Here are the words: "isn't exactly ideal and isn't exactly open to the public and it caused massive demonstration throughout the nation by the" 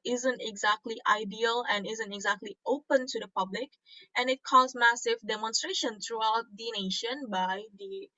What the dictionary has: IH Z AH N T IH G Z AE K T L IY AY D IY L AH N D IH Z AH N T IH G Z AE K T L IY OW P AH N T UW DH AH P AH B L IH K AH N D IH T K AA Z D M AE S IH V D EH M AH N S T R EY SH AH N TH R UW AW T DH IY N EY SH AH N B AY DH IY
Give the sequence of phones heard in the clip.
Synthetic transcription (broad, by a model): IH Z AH N T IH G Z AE K T L IY AY D IY L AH N IH Z AH N T IH G Z AE K T L IY OW P AH N T UW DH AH P AH B L IH K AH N IH T K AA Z M AE S IH V D EH M AH N S T R EY SH AH N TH R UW AW T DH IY N EY SH AH N B AY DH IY